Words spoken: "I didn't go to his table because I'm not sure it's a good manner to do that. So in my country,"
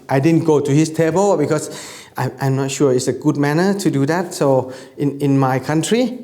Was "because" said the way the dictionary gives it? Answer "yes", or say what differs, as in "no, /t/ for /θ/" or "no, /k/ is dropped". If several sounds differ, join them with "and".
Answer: no, /s/ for /z/